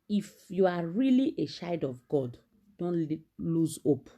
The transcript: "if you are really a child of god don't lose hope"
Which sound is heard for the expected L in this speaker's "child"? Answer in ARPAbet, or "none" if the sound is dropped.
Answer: none